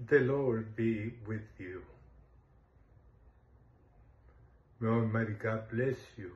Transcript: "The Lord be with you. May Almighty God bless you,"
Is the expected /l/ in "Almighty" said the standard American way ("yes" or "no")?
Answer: no